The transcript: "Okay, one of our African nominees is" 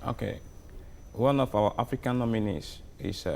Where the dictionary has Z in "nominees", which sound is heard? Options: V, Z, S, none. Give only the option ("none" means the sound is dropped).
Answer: S